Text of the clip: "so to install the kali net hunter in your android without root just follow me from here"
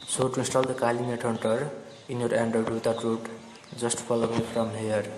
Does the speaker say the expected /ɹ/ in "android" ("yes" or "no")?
no